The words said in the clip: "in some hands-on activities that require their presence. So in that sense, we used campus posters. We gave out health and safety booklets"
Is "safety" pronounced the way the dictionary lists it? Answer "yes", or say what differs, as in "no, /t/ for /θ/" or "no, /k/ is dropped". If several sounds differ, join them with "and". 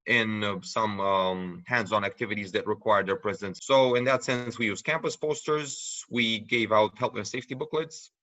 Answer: yes